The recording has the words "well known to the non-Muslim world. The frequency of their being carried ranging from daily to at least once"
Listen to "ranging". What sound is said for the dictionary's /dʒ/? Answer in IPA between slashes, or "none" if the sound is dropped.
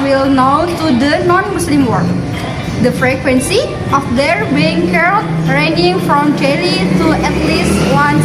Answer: none